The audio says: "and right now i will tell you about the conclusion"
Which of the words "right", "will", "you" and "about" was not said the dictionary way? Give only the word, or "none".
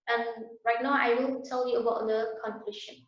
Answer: will